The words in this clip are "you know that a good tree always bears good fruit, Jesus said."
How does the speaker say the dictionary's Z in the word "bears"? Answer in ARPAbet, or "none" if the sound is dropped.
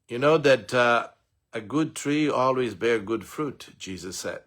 none